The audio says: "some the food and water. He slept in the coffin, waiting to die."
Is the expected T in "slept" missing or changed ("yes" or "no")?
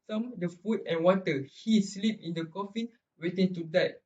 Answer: yes